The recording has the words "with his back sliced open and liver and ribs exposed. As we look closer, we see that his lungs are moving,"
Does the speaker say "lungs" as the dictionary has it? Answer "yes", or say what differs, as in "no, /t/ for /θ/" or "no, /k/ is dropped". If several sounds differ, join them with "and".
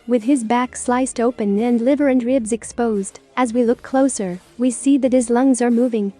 yes